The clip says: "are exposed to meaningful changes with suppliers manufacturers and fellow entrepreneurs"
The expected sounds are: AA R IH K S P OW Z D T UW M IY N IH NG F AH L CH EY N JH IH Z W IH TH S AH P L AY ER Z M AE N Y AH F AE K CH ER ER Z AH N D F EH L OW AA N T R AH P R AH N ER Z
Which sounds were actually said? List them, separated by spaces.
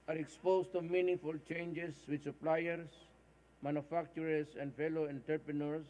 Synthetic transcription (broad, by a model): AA R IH K S P OW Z T UW M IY N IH F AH L CH EY N JH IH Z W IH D S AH P L AY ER S M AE N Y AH F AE K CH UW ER S AH N D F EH L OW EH N T R P R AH N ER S